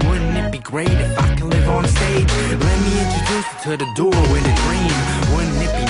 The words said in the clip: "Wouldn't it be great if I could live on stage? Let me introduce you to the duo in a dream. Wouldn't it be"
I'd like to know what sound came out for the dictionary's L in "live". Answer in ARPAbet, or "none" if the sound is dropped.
L